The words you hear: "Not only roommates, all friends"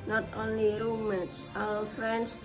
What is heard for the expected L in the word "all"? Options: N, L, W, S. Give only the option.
W